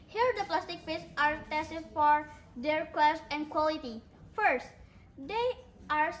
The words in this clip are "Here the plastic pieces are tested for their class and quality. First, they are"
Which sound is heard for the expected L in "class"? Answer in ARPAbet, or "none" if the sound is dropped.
W